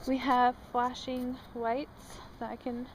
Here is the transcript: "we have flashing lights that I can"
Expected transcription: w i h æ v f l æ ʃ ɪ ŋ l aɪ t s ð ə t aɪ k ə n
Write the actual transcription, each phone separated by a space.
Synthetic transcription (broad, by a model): w i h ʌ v f l æ ʃ ɪ ŋ w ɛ t s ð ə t aɪ k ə n